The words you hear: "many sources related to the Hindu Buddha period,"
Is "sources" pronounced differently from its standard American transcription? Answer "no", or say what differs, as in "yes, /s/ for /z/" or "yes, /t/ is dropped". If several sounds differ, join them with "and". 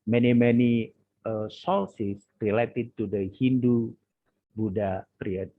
yes, /l/ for /ɹ/ and /s/ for /z/